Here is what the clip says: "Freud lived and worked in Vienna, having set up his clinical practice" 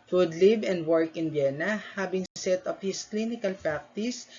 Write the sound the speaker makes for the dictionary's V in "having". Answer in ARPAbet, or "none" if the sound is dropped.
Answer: B